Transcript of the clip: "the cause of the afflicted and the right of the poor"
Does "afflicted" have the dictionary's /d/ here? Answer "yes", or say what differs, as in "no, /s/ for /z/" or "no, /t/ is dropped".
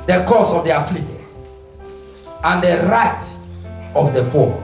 no, /d/ is dropped